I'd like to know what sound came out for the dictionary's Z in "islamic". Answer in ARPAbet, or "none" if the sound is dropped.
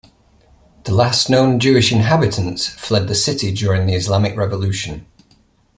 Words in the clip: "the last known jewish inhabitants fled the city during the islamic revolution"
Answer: Z